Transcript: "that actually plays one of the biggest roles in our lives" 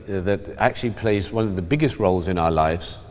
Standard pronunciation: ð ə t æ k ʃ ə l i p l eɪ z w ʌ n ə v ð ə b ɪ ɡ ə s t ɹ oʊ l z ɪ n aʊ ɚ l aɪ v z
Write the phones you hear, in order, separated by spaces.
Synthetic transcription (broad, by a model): ð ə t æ k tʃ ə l i p l eɪ z w ʌ n ə v ð ə b ɪ ɡ ə s t ɹ oʊ l z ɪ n aʊ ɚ l aɪ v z